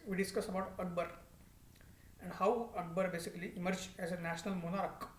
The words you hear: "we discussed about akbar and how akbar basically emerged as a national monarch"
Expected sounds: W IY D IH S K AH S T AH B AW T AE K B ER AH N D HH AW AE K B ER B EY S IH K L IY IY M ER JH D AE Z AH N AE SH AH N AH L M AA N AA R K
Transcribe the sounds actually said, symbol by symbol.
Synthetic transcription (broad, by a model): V IY D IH S K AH S AH B AW T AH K B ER AH N D HH AW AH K B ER B EY S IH K L IY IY M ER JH AE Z AH N AE SH AH N AH L M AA N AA R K